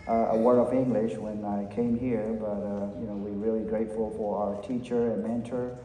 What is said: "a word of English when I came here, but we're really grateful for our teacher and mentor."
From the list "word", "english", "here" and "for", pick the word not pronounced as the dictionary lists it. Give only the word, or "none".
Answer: word